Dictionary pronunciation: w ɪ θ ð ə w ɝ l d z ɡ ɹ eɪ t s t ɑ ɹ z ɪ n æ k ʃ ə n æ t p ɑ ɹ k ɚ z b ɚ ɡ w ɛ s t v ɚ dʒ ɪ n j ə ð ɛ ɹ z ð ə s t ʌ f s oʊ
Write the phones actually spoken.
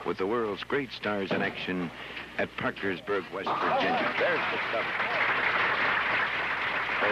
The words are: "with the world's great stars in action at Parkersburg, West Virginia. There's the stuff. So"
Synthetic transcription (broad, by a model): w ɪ ð ə w ɝ l d z ɡ ɹ eɪ t s t ɑ ɹ z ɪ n æ k ʃ ə n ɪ t p ɑ ɹ k ɚ z b ɚ ɡ w ɛ s t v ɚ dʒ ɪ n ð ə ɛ ɹ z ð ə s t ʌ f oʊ